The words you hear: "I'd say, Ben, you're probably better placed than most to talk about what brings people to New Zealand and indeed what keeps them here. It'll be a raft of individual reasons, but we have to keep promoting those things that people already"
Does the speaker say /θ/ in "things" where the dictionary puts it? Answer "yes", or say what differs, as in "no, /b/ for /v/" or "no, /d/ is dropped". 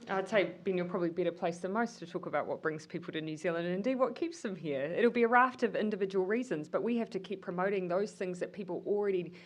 yes